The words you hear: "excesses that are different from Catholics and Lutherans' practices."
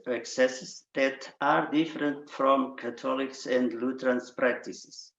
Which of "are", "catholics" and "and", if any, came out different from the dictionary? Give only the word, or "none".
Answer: catholics